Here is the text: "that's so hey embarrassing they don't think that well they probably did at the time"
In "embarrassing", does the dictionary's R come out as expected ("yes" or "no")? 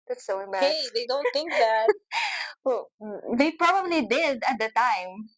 no